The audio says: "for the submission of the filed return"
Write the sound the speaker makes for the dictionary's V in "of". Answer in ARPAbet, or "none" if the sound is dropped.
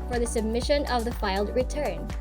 V